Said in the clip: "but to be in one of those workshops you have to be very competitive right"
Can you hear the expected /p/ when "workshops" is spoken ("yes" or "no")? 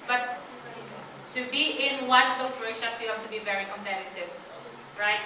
no